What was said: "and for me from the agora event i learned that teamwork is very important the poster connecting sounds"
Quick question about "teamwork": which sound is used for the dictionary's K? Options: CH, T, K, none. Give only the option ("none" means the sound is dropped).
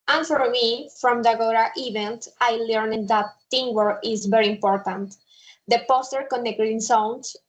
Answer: none